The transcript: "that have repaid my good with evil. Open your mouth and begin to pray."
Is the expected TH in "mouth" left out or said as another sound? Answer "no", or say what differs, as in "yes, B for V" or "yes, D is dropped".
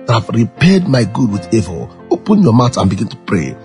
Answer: yes, T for TH